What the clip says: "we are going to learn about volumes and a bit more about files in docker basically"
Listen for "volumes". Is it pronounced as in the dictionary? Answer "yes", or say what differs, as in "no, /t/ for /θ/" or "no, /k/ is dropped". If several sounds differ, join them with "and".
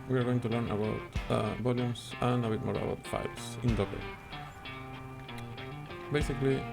no, /s/ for /z/